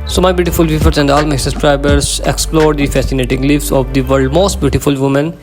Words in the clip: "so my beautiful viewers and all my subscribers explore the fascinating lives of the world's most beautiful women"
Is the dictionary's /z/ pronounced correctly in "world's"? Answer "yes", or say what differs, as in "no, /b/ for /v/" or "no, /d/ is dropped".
no, /z/ is dropped